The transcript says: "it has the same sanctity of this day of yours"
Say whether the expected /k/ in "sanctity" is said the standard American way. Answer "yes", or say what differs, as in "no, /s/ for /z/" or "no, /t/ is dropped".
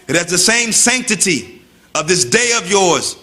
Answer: yes